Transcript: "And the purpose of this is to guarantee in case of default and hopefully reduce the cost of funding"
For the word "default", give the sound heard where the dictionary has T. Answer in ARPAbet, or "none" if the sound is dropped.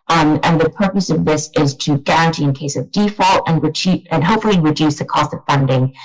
T